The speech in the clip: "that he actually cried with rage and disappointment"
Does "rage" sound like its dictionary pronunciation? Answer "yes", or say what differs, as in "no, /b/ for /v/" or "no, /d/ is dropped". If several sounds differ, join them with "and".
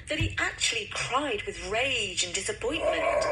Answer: yes